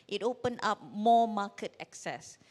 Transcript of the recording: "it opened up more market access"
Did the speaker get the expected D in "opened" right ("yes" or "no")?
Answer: no